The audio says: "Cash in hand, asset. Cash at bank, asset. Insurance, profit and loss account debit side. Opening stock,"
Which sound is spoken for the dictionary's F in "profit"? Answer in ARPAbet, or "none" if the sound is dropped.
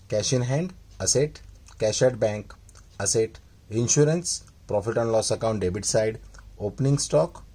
F